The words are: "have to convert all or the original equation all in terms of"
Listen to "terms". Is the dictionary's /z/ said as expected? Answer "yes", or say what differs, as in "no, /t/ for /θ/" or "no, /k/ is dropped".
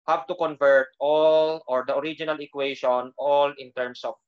no, /s/ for /z/